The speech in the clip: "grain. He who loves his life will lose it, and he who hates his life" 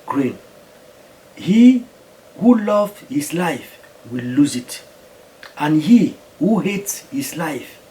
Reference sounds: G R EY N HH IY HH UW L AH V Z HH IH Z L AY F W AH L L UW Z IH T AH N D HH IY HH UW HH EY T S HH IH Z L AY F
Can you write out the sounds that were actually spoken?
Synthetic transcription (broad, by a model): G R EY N HH IY HH UW L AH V HH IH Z L AY F W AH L L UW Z IH T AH N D HH IY HH UW HH EY T S HH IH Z L AY F